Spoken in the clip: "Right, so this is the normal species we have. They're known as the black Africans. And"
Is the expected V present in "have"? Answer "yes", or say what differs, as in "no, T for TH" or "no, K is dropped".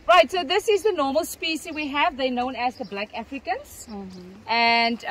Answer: yes